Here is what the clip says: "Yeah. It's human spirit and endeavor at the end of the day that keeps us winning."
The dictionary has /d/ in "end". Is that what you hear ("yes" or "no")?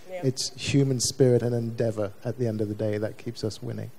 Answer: yes